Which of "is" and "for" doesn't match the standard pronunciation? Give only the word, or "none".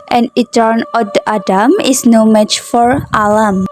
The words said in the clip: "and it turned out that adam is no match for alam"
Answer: is